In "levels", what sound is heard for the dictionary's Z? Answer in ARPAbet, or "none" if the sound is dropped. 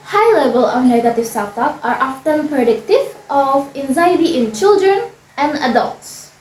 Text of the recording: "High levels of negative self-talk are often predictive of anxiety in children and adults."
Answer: none